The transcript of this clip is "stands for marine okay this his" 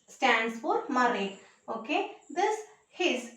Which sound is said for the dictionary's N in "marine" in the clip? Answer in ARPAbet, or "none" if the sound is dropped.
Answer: none